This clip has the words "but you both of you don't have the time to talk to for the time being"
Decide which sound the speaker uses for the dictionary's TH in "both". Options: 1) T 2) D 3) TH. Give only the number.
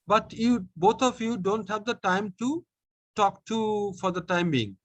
1